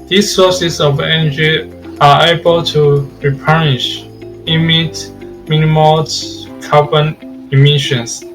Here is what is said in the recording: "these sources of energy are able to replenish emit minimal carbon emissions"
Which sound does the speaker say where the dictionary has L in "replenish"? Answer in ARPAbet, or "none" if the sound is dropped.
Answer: none